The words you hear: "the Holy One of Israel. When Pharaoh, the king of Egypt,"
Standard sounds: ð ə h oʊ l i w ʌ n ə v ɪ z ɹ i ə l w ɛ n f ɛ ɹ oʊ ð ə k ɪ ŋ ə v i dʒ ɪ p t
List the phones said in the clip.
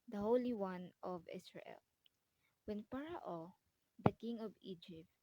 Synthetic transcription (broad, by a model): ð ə h oʊ l i w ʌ n ə v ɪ s ɹ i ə l w ɛ n p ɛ ɹ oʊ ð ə k ɪ ŋ ə v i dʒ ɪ p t